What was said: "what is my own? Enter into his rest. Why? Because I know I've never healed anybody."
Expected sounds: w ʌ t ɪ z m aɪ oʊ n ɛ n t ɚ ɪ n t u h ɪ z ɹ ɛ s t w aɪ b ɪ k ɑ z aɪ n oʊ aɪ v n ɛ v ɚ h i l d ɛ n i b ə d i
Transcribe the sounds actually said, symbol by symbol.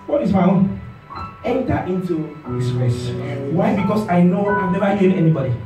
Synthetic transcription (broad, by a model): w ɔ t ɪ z m aɪ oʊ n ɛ n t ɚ ɪ n t u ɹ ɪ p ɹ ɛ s w aɪ b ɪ k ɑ s aɪ n oʊ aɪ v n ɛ v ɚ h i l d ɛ n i b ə d i